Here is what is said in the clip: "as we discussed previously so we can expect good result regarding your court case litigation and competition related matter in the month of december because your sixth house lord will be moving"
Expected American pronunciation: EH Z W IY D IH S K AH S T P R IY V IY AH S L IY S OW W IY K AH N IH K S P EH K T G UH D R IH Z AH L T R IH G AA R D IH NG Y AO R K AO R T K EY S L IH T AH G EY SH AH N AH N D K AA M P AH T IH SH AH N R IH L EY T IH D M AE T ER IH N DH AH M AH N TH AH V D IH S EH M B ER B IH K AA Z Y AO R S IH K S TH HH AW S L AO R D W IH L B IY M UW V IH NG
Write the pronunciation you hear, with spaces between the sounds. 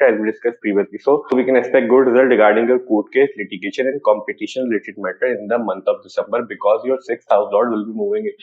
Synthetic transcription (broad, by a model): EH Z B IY D IH S K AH S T P R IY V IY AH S L IY S OW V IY K AH N IH K S P EH K T G UH D R IH Z AH L T R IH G AA R D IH NG Y AO R K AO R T K EY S L IH T AH G EY SH AH N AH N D K AA M P AH T IH SH AH N L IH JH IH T M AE T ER IH N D AH M AH N T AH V D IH S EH M B ER B IH K AA Z Y AO R S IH K S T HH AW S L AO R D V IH L B IY M UW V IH NG